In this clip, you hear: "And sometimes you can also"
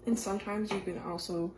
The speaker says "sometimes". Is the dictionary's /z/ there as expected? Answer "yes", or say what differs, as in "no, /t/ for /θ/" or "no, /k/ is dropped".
yes